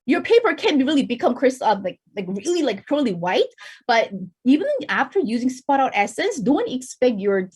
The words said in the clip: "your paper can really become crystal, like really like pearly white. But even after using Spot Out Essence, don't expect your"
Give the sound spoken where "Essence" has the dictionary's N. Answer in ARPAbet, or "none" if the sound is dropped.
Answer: N